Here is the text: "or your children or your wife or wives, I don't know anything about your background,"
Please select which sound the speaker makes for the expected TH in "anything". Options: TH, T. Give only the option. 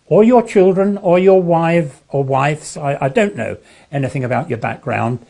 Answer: TH